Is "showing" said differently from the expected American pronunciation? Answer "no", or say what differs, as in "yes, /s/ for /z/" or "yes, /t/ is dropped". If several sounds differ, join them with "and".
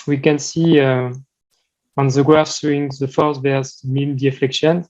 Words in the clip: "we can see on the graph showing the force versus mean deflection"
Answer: yes, /s/ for /ʃ/